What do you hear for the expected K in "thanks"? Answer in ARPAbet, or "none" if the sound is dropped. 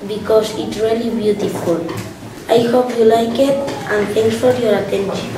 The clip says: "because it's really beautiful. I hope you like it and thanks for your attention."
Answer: none